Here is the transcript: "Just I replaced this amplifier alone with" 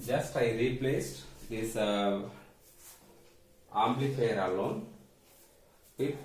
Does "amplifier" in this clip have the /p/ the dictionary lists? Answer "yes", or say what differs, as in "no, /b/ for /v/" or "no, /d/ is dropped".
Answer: no, /p/ is dropped